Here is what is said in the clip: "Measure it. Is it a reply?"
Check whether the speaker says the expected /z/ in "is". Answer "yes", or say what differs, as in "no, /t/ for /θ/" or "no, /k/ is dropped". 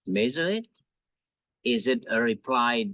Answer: yes